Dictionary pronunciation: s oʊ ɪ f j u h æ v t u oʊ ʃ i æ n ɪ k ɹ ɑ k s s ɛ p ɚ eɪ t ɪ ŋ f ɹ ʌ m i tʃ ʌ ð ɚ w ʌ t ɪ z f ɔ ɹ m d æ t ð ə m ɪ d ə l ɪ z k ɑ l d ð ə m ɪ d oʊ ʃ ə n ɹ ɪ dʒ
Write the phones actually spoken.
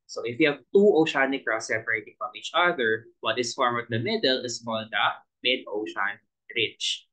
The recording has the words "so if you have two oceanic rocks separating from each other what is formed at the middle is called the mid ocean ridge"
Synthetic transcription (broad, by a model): s oʊ ɪ f j u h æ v t u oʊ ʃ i n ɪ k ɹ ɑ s s ɛ p ɚ eɪ t ɪ ŋ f ɹ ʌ m i tʃ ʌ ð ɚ w ʌ t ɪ s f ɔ ɹ m ɔ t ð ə m ɪ d ə l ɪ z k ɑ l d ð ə m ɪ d oʊ ʃ ə n ɹ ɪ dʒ